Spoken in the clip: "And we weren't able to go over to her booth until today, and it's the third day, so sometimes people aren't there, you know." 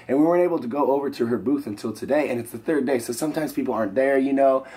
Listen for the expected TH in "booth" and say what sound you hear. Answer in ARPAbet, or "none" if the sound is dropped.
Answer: TH